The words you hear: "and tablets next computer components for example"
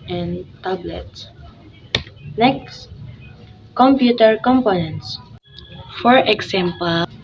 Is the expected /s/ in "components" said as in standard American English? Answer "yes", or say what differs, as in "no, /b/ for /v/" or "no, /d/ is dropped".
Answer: yes